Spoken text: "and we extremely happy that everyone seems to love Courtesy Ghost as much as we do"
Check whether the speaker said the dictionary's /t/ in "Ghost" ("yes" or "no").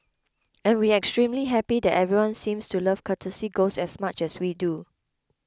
no